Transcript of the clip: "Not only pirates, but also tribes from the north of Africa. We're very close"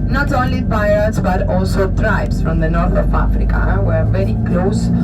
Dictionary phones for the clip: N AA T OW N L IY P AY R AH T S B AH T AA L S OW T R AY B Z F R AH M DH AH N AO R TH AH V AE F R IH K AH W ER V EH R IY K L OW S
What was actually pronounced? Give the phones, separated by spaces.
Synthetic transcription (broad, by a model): N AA T OW N L IY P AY AH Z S B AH T AA L S OW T R AY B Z F R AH M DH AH N AO R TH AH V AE F R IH K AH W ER V EH R IY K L OW S